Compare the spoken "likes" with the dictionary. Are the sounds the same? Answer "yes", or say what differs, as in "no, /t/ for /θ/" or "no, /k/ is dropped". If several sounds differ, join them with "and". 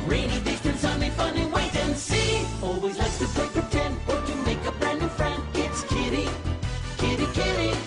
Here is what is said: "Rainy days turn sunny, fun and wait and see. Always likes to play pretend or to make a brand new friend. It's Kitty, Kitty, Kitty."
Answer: no, /s/ is dropped